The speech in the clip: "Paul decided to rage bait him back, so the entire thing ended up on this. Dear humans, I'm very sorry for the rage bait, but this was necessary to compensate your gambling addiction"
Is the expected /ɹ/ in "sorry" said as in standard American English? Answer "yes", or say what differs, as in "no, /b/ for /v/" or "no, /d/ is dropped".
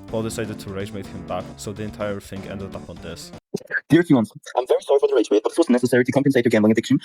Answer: yes